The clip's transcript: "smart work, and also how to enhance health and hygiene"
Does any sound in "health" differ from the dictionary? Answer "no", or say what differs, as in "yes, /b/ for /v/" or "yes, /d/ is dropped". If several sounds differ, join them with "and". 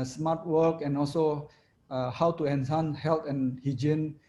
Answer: yes, /t/ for /θ/